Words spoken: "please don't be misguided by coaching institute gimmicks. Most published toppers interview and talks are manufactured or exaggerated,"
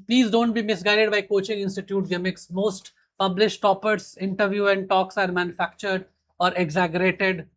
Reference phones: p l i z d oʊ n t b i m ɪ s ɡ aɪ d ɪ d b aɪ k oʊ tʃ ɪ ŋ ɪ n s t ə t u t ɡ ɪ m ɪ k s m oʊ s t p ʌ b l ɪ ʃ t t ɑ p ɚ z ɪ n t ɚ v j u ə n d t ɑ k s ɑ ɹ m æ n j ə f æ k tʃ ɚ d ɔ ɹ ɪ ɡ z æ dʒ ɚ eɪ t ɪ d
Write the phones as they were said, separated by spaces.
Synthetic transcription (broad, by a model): p l i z d oʊ n t b i m ɪ s ɡ aɪ d ɪ d b aɪ k oʊ tʃ ɪ ŋ ɪ n s t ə t u t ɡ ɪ m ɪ k s m oʊ s t p ʌ b l ɪ ʃ t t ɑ p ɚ s ɪ n t ɚ v j u ə n d t ɑ k s ɑ ɹ m æ n j ə f æ k tʃ ɚ d ɔ ɹ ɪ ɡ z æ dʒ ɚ eɪ t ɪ d